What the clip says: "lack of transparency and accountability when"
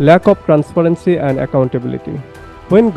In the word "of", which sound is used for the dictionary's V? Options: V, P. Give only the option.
P